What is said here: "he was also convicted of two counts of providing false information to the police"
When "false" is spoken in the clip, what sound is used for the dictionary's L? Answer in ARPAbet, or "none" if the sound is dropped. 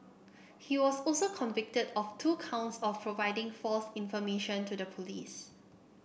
L